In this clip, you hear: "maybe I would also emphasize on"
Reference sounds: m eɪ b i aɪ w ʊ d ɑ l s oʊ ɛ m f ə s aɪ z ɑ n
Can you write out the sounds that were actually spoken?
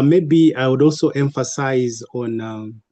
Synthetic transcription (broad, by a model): m eɪ b i aɪ w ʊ d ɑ l s oʊ ɛ m f ə s aɪ z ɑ n